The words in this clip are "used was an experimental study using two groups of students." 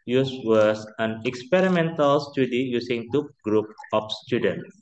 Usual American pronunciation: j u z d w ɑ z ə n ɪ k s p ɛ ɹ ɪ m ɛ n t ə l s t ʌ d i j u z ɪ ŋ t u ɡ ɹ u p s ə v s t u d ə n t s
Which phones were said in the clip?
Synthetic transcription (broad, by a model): j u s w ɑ s ə n ɪ k s p ɛ ɹ ɪ m ɛ n t ə l s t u d i j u s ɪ ŋ t u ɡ ɹ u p ə f s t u d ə n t